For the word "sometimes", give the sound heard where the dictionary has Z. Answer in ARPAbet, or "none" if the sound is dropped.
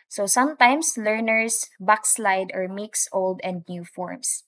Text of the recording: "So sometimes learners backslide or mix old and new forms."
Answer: S